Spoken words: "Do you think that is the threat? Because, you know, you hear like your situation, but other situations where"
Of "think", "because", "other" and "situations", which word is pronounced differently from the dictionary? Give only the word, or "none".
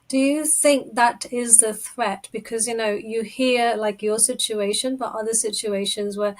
none